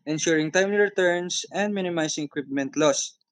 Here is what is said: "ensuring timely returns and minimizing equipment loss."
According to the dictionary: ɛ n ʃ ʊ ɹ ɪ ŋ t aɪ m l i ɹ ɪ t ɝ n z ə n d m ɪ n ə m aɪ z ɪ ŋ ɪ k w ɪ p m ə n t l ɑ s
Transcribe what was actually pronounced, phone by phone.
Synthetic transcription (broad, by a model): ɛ n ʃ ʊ ɹ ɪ ŋ t aɪ m l i ɹ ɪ t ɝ n s ə n d m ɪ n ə m aɪ s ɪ ŋ ɪ k w ɪ p m ə n t l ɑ s